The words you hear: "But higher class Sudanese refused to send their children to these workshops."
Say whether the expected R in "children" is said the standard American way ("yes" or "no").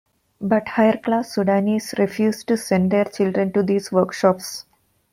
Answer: yes